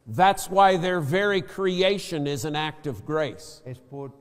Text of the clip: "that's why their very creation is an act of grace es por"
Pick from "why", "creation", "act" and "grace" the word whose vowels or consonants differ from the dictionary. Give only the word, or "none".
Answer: grace